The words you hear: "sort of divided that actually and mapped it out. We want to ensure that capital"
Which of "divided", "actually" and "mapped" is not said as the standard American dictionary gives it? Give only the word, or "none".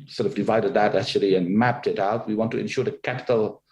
none